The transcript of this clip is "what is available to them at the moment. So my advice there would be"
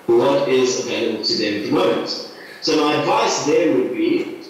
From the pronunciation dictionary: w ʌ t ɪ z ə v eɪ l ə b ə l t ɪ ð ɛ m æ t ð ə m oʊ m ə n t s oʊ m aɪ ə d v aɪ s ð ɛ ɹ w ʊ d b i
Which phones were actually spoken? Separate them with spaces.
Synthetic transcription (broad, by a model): w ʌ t ɪ z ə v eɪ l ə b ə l t ɪ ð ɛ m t ð ə m oʊ m ə n t s oʊ m aɪ ə d v aɪ s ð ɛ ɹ w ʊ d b i